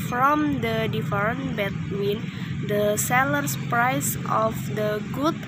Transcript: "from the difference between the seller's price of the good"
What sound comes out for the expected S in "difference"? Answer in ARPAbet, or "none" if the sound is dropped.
none